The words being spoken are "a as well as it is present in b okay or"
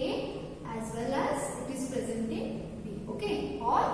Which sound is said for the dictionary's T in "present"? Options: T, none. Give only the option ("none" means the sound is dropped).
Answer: T